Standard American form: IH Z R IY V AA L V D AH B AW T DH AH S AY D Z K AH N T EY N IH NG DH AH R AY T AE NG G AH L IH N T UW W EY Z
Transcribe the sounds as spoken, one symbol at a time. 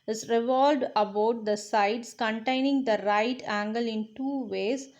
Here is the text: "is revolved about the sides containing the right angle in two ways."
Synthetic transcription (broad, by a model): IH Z R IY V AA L D AH B AW T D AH S AY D S K AH N T EY N IH NG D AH R AY T AE NG G AH L IH N T UW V EY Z